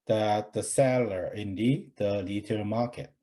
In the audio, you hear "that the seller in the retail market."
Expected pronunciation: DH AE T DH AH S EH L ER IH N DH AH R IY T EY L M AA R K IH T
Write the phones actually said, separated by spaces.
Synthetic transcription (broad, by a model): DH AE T DH AH S EH L ER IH N DH AH L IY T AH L M AA R K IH T